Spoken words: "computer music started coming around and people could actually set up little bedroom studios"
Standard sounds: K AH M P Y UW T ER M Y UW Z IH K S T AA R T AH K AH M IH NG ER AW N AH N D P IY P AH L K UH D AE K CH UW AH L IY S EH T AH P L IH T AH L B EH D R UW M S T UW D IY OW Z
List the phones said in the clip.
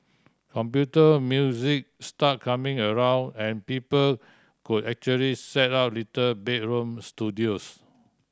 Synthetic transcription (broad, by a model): K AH M P Y UW T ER M Y UW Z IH K S T AA T K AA M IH NG ER AW N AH N P IY P AH L K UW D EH K CH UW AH L IY S EH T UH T L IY T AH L B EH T R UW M S T UW D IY OW S